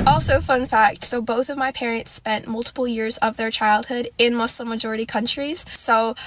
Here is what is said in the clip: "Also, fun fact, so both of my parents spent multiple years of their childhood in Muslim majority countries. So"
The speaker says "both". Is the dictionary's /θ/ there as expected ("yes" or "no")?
yes